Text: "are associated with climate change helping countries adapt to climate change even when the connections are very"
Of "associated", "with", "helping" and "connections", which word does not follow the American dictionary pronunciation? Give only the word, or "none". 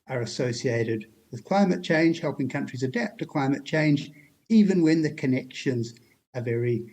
none